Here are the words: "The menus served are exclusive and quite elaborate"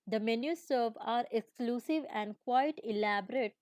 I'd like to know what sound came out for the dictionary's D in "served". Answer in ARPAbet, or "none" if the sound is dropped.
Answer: none